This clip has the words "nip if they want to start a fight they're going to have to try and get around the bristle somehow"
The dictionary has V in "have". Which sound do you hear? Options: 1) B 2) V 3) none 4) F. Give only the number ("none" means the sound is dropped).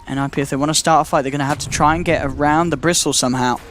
4